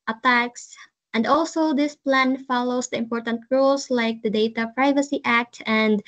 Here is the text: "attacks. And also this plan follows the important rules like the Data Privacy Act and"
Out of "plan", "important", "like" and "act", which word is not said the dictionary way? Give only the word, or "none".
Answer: none